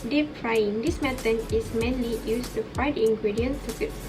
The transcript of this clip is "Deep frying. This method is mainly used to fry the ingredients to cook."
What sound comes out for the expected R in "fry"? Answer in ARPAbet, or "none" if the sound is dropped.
none